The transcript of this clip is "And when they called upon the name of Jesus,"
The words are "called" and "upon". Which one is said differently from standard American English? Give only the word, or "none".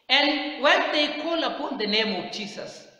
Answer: called